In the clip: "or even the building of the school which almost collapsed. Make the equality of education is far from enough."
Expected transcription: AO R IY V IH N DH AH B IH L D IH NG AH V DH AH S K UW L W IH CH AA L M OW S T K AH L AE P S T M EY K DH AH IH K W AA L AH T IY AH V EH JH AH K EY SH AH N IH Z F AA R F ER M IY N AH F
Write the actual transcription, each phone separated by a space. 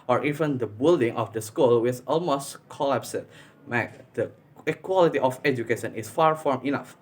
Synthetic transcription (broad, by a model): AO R IY V IH N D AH B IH L D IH NG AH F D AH S K UW L W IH S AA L M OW S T K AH L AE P S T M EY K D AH K W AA L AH T IY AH F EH JH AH K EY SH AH N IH S F AA R F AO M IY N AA F